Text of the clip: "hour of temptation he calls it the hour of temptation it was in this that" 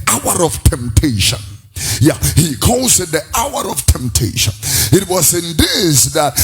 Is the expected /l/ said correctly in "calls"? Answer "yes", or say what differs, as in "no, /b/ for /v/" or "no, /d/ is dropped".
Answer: no, /l/ is dropped